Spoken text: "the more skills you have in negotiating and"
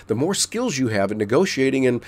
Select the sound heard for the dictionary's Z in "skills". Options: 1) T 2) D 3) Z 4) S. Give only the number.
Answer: 3